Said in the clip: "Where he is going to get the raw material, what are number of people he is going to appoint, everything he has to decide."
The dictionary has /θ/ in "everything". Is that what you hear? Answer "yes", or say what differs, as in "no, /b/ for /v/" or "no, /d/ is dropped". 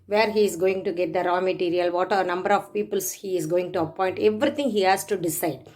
no, /t/ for /θ/